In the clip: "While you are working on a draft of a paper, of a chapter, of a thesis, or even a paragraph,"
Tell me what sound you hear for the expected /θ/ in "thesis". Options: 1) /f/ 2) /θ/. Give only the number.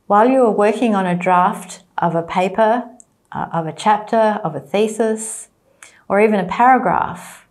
2